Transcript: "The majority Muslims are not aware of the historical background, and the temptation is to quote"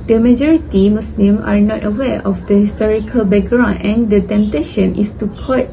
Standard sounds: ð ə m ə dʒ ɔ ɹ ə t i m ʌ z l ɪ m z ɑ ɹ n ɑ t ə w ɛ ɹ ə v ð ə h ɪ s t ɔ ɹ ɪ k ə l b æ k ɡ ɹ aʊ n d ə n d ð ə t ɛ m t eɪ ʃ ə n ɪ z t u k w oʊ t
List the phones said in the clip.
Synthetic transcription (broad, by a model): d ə m ə dʒ ɔ ɹ ə t i m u s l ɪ m ɑ ɹ n ɑ t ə w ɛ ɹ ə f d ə h ɪ s t ɔ ɹ ɪ k ə l b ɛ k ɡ ɹ aʊ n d ə n d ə t ɛ m t eɪ ʃ ə n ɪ s t u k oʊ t